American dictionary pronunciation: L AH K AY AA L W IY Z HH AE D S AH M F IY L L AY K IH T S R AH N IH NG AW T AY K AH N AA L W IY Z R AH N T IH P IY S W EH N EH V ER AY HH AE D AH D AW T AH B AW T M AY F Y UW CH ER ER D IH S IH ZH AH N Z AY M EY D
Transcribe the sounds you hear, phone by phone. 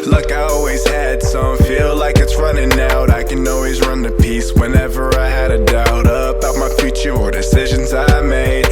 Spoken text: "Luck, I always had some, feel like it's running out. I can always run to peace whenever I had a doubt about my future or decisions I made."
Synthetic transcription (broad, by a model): L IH K AY AA L W IY Z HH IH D S AH M F IY L L AY K IH T S R AH N IH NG AW T AY K AH N AA L W IY Z R AH N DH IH P IY S W EH N EH V ER AY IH D AH D AW T AH B AW T M AY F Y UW CH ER ER D IH S IH ZH AH N Z AY M EY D